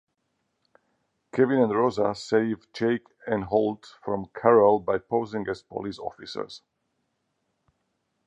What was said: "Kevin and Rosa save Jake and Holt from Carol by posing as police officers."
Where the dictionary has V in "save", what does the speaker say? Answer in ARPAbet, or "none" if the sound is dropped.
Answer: V